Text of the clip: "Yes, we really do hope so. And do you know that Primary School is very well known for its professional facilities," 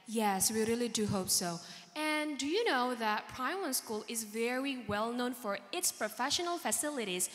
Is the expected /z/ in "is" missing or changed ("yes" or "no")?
no